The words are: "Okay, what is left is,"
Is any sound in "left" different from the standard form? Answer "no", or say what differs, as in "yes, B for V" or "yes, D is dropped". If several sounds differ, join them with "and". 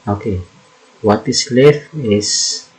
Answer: yes, T is dropped